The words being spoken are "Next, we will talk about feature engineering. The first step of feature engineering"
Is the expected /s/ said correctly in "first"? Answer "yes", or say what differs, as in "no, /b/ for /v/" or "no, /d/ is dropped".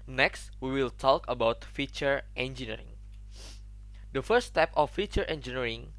no, /s/ is dropped